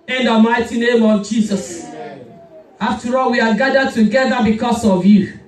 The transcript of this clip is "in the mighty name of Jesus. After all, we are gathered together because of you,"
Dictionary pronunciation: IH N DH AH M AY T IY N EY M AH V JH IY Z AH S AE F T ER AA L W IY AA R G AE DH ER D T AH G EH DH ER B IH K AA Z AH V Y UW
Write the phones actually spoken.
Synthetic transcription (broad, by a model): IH N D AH M AY T IY N EY M AH V JH IY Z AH S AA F T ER AA L W IY AA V G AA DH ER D T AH G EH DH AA B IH K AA S AH V Y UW